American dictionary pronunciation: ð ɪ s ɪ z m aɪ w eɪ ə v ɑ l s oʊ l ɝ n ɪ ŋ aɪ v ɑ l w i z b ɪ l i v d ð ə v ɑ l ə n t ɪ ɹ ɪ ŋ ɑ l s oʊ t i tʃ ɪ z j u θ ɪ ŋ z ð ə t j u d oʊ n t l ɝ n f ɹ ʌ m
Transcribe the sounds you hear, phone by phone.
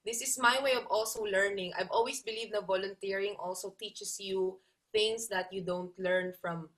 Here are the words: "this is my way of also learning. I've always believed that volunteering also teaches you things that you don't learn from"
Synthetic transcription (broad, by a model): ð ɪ s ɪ s m aɪ w eɪ ə v ɑ l s oʊ l ɝ n ɪ ŋ aɪ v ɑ l w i s b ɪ l i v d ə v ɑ l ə n t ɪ ɹ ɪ ŋ ɑ l s oʊ t i tʃ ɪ s j u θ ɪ ŋ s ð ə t j u d oʊ n t l ɝ n f ɹ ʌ m